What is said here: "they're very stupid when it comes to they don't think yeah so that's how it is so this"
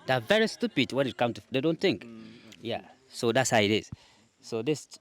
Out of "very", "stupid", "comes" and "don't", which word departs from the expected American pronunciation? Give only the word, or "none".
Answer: comes